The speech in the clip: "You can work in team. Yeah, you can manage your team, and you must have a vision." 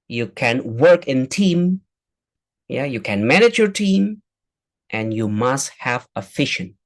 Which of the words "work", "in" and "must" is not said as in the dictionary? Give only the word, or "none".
none